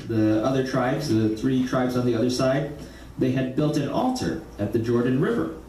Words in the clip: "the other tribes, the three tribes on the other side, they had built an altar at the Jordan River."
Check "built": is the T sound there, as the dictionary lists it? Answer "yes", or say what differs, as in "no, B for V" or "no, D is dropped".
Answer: yes